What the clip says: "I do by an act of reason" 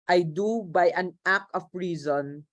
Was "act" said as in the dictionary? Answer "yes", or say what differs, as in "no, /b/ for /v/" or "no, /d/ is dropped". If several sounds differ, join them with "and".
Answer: no, /t/ is dropped